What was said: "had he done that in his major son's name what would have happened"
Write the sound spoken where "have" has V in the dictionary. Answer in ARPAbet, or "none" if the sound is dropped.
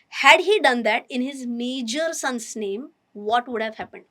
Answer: V